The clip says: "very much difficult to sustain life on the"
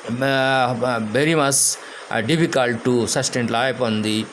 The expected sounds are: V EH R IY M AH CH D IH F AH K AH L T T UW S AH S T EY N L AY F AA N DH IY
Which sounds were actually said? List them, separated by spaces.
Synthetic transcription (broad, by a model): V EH R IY M AH CH D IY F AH K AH L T T UW S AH S T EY N L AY P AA N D IY